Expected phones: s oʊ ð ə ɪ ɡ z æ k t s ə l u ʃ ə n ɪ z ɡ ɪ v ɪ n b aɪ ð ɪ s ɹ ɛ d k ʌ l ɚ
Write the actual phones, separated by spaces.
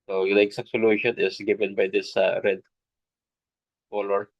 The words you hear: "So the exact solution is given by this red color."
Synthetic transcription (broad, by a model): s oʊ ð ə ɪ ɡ s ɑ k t s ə l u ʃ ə n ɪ s ɡ ɪ v ɪ n b aɪ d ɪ s ɹ ɛ d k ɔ l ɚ